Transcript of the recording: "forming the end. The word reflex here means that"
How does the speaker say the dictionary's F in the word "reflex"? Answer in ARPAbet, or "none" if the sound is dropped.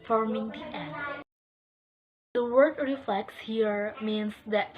F